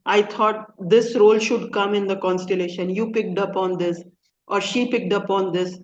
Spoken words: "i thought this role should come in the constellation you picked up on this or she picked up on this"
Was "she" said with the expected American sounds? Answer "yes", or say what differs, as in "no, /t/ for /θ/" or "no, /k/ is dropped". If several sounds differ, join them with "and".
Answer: yes